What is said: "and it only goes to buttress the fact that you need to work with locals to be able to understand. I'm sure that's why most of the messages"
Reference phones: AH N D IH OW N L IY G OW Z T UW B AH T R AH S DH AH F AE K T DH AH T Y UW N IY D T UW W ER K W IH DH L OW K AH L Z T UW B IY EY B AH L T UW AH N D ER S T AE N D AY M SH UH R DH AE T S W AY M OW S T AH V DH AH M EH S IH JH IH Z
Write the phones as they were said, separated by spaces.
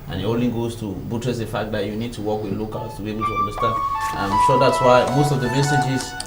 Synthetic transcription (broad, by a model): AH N IH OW L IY G OW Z T UW B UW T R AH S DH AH F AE K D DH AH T Y UW N IY D T UW W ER K W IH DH L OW K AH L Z T UW B IY EY B AH L T UW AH N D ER S T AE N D AY M SH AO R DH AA T S W AY M OW S T AH V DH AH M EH S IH JH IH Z